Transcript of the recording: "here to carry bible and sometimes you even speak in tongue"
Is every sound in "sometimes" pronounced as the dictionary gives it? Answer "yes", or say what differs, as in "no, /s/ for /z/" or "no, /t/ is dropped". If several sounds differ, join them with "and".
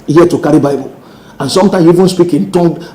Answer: no, /z/ is dropped